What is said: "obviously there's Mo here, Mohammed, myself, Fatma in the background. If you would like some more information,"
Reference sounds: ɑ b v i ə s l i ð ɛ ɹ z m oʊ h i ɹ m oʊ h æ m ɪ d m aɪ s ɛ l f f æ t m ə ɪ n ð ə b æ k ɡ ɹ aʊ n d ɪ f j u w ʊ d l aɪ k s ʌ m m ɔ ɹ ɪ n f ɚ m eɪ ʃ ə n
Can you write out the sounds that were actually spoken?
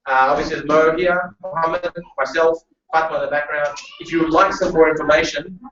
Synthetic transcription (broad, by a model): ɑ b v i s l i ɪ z m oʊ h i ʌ m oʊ h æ m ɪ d m aɪ s ɛ l f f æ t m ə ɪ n ð ə b æ k ɡ ɹ aʊ n d ɪ f j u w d l aɪ k s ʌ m m ɔ ɹ ɪ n f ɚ m eɪ ʃ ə n